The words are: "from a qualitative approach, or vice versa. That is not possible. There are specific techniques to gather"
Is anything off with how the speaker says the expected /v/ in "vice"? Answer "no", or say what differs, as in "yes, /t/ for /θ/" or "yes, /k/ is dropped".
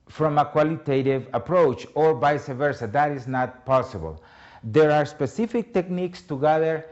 yes, /b/ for /v/